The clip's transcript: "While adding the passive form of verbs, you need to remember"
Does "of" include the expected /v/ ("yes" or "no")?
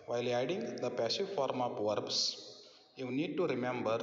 no